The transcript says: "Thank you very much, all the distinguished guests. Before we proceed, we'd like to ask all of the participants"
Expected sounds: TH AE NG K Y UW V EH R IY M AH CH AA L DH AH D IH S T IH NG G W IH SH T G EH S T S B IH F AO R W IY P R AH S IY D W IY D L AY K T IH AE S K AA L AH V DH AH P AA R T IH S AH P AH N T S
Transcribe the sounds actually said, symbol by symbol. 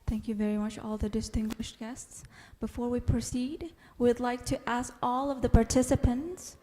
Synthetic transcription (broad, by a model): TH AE NG K Y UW V EH R IY M AH CH AA L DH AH D IH S T IH NG G W IH SH T G EH S T S B IH F AO R W IY P R AH S IY D W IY D L AY K T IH AE S K AA L AH V DH AH P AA R T IH S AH P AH N T S